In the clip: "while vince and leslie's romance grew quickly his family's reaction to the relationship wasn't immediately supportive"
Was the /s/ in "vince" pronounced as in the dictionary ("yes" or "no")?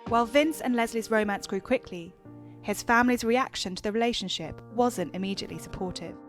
yes